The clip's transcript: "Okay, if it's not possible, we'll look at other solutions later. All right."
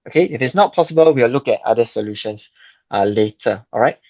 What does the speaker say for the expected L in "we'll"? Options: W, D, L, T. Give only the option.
W